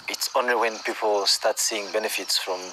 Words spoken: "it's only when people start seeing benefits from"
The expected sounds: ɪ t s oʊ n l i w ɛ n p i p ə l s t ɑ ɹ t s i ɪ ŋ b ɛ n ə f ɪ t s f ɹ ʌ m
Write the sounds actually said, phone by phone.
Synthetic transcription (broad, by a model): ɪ t s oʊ n i w ɛ n p i p ə l s t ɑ t s i ɪ ŋ b ɛ n ə f ɪ t s f ɹ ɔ m